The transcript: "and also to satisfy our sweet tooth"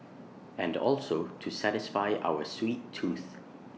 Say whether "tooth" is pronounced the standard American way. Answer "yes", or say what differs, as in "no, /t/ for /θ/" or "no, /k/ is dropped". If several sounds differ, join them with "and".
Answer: yes